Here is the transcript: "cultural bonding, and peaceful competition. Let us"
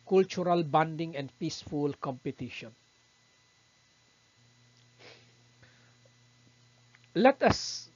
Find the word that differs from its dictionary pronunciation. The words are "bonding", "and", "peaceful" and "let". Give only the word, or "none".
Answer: none